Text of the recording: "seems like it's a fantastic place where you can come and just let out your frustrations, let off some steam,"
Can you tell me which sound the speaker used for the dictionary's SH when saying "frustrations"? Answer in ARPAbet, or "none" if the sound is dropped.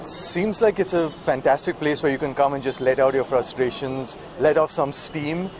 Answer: SH